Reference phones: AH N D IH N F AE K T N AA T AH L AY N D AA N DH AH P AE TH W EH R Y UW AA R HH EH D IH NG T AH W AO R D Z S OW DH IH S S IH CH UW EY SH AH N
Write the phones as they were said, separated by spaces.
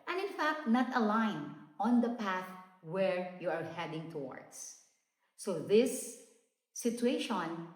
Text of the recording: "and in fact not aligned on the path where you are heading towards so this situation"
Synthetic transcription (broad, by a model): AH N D IH N F AE K T N AA T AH L AY N AA N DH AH P AE TH W EH R Y UW AA R HH EH D IH NG T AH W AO R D S OW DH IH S S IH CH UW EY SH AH N